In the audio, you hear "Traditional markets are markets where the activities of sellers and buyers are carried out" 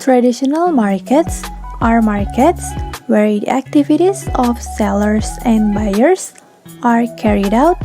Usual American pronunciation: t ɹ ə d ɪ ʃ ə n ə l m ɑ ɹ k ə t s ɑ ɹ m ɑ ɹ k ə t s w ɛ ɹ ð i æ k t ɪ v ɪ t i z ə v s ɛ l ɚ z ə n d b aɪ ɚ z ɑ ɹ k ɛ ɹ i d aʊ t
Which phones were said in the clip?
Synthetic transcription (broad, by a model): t ɹ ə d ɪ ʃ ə n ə l m ɑ ɹ k ə t s ɑ ɹ m ɑ ɹ k ə t s w ɛ ɹ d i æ k t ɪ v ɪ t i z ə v s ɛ l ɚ s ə n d b aɪ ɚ s ɑ ɹ k ɛ ɹ i d aʊ t